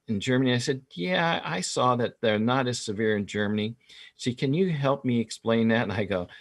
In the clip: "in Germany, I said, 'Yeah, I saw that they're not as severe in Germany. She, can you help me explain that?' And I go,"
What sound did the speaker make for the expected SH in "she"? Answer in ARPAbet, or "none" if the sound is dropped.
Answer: S